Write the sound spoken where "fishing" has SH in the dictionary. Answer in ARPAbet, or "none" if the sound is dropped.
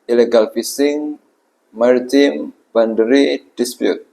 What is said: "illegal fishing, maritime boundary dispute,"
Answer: S